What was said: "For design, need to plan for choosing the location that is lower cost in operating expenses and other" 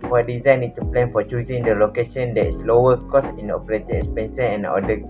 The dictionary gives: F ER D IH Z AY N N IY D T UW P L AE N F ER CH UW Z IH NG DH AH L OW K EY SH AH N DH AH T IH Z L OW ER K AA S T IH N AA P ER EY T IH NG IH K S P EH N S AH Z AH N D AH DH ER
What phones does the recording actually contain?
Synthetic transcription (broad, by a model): F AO D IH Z AY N N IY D T UW P L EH N F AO CH UW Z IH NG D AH L OW K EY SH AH N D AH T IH S L OW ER K AA S IH N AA P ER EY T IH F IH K S P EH N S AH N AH N D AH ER